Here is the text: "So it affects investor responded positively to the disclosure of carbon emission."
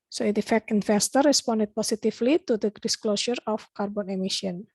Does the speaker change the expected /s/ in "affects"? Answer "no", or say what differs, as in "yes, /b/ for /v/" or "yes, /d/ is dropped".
yes, /s/ is dropped